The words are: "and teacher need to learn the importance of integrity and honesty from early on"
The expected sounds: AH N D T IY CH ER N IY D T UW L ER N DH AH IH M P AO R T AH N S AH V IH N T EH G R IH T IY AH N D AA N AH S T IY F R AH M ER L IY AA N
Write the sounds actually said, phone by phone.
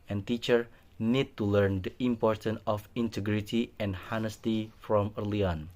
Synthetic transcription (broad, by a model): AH N T IY CH ER N IY D T UW L ER N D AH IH M P AO R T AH N AH F IH N T EH G R IH T IY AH N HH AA N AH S T IY F R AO M ER L IY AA N